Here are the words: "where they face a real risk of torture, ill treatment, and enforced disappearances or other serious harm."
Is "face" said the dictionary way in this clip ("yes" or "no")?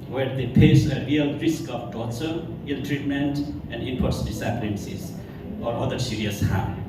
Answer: no